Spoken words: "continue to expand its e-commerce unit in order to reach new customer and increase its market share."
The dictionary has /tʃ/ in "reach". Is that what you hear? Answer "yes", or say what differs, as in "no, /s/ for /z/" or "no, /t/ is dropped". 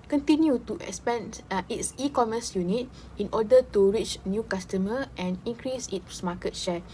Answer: yes